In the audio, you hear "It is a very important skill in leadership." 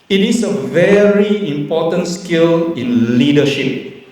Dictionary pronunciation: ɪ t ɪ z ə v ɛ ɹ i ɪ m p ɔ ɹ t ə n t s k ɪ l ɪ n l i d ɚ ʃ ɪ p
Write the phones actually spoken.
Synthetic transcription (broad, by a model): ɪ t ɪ s ə v ɛ ɹ i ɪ m p ɔ t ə n t s k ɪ l ɪ n l i d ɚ ʃ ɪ p